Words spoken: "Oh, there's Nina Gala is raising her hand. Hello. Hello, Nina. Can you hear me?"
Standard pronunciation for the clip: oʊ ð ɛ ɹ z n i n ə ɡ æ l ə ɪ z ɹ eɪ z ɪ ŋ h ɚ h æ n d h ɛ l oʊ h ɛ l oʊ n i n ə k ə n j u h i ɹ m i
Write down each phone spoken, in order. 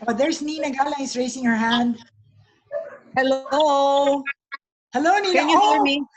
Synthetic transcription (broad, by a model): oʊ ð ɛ ɹ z n i n ə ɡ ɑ l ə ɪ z ɹ eɪ s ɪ ŋ h ɚ h æ n d h ɛ l oʊ h ɛ l oʊ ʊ n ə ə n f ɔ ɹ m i